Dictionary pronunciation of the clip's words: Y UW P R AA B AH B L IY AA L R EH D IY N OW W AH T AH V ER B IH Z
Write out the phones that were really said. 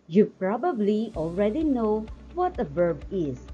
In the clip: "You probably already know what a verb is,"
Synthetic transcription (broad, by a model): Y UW P R AA B AH B L IY AA L R EH D IY N OW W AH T AH V ER B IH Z